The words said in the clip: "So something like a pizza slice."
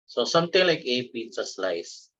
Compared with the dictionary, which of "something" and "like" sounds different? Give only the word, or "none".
something